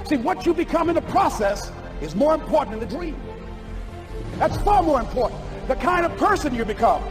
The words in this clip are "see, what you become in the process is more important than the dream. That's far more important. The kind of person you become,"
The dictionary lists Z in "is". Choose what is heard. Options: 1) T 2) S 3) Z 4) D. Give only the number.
3